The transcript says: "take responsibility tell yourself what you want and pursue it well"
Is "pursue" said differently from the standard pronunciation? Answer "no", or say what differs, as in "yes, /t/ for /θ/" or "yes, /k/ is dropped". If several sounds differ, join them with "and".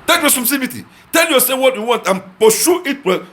yes, /ʃ/ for /s/